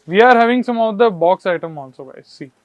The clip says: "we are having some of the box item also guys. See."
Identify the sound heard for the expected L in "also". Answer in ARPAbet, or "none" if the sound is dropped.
N